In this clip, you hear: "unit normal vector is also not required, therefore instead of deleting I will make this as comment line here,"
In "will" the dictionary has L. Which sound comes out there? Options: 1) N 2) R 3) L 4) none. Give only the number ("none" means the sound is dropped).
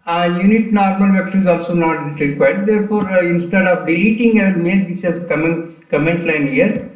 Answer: 1